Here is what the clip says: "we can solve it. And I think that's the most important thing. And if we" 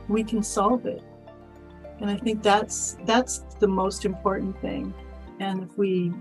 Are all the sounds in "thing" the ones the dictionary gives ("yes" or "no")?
yes